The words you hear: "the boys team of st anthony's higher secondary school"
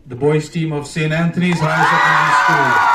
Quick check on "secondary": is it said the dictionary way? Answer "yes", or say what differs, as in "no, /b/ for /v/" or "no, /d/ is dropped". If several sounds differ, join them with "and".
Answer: no, /k/ is dropped